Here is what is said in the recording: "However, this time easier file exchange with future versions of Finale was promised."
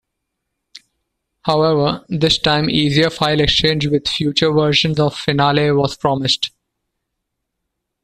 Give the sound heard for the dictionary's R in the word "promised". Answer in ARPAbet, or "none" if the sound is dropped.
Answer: R